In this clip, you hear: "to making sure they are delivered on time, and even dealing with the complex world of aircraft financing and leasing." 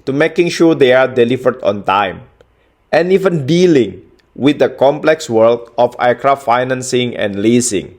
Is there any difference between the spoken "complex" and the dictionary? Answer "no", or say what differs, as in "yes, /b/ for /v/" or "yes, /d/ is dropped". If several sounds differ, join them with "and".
no